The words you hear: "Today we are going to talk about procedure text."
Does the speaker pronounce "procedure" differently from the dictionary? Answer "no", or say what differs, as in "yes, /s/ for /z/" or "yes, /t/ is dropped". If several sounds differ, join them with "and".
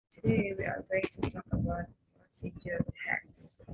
yes, /s/ is dropped